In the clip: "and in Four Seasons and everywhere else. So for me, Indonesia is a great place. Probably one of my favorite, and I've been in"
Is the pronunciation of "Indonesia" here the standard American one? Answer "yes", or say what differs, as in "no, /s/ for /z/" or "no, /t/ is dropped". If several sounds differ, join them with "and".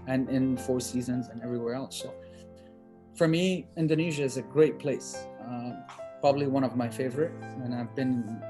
yes